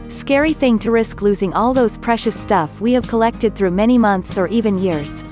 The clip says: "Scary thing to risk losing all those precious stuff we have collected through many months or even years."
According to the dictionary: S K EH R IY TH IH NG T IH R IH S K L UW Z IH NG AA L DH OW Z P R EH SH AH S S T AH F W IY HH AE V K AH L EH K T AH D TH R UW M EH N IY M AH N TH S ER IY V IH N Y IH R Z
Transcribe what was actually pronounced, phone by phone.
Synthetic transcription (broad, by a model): S K EH R IY TH IH NG T IH R IH S K L UW Z IH NG AA L DH OW Z P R EH SH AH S S T AH F W IY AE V K AH L EH K T AH D TH R UW M EH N IY M AH N TH S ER IY V IH N Y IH R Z